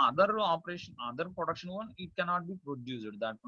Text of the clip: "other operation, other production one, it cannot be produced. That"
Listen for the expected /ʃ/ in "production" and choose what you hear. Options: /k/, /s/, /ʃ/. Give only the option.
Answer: /ʃ/